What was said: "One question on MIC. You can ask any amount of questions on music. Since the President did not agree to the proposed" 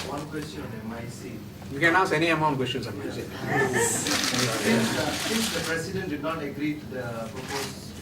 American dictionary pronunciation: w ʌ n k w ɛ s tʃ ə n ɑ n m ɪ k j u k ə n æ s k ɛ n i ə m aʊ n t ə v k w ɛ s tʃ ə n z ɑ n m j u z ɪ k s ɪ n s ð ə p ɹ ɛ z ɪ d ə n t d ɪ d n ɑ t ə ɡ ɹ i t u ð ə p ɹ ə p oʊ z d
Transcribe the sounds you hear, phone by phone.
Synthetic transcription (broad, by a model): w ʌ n k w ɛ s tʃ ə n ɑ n m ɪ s j u k ə n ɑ s ɛ n i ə m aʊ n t k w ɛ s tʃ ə n s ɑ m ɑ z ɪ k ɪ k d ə p ɹ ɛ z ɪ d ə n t d ɪ d n ɑ t ə ɡ ɹ i t u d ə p ɹ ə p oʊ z